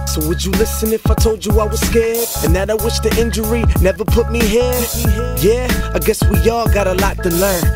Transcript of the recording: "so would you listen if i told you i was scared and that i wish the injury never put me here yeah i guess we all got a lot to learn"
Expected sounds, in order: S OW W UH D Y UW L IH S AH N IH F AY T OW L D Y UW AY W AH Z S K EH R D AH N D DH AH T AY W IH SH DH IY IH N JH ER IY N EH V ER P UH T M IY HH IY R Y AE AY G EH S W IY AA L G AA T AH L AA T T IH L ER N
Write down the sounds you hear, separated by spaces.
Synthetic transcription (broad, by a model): S OW W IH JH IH L IH S AH N IH F AY T OW L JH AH AY W AH Z S K EH R D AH N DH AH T AY W IH SH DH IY IH N JH ER IY N EH V ER P UH T M IY HH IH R Y AE AY G EH S W IY AA L G AA T AH L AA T T IH L ER N